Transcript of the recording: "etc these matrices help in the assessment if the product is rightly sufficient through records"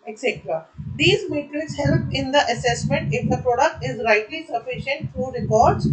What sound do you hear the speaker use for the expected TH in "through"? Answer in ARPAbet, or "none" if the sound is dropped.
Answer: F